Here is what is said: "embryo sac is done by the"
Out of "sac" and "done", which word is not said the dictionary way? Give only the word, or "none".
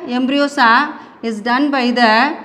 sac